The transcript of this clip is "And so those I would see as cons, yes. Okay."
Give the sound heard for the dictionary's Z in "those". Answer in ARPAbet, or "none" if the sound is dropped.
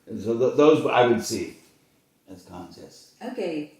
Z